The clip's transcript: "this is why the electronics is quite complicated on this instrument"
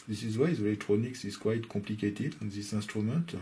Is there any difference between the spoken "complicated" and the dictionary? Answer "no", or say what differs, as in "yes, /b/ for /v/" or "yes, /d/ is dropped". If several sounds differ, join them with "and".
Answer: yes, /m/ is dropped